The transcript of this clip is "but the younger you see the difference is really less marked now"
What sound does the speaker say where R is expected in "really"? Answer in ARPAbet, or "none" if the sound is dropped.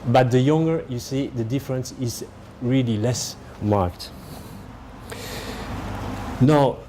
R